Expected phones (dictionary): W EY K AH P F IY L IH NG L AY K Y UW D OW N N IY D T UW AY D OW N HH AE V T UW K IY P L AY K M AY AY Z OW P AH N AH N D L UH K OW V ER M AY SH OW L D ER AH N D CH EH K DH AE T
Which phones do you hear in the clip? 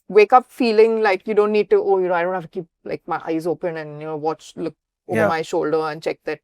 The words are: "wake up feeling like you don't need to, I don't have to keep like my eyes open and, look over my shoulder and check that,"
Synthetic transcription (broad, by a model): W EY K AH P F IY L IH NG L AY K Y UW D OW N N IY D T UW AY D OW N HH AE F T UW K IY P L AY K M AY AY Z OW P AH N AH N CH L UH K OW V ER M AY SH OW L D ER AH N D CH EH K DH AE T